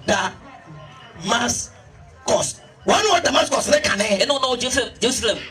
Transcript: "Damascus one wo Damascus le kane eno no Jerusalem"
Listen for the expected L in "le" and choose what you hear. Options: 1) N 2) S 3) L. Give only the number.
1